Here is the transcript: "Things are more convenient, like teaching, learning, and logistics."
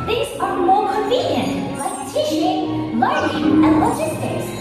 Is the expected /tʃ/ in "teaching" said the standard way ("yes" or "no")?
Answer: no